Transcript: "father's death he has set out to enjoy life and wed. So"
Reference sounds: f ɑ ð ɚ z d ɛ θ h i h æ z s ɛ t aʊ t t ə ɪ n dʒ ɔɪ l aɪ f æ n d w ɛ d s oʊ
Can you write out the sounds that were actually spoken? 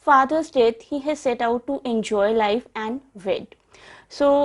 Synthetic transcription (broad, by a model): f ɑ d ɚ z d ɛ t h i h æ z s ɛ t aʊ t t ə n dʒ ɔɪ l aɪ f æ n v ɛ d s oʊ